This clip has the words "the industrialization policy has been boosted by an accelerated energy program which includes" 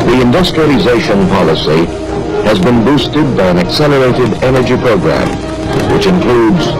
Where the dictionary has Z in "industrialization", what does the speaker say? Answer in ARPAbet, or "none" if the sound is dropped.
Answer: Z